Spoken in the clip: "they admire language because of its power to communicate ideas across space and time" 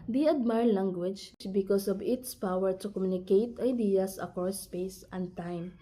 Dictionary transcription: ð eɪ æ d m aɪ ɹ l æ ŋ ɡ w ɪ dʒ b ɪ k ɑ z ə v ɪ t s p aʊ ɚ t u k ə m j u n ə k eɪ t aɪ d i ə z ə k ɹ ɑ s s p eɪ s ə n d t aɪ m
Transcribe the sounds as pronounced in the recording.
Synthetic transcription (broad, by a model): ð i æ d m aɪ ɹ l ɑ ŋ ɡ w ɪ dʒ b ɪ k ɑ s ə v ɪ t s p aʊ ɚ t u k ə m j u n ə k eɪ t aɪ d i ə s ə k ɑ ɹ s p eɪ s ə n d t aɪ m